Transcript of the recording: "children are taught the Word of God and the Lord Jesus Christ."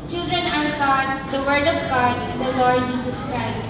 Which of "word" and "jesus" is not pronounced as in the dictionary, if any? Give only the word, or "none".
jesus